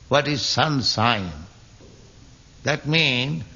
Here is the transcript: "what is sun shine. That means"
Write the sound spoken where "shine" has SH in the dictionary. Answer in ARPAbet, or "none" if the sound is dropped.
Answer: S